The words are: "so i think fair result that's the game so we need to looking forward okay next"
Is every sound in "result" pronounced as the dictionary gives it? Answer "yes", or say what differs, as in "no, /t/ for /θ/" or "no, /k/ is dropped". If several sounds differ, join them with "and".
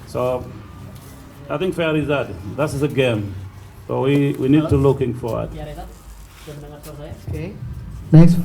no, /l/ is dropped